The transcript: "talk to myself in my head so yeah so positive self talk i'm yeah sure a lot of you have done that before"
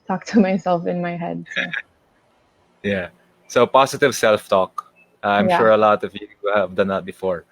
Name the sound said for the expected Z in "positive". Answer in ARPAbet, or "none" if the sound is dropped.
S